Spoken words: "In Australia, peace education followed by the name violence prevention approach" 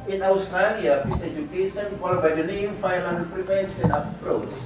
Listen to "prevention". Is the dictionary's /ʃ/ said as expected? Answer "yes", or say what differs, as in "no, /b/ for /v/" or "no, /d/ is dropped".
no, /s/ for /ʃ/